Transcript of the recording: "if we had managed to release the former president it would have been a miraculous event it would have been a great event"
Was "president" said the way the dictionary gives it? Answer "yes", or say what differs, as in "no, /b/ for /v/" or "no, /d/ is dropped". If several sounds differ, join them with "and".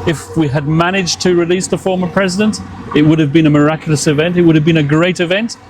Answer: yes